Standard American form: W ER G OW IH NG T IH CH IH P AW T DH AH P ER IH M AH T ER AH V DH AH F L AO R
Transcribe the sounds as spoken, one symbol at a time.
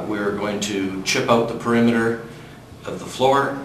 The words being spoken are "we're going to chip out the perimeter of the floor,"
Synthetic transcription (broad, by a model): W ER G OW IH NG T IH CH IH P AW T DH AH P ER IH M AH T ER AH V DH AH F L AO R